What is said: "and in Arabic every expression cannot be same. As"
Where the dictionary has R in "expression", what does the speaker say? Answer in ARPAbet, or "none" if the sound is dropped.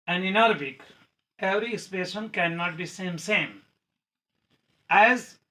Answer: none